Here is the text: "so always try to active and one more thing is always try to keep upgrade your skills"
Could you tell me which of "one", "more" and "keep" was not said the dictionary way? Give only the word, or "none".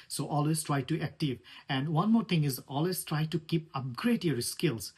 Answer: none